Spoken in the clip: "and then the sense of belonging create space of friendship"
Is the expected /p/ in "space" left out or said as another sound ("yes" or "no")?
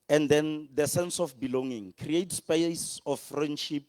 no